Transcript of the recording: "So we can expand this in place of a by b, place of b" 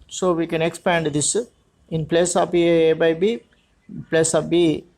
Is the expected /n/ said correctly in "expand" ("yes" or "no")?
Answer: yes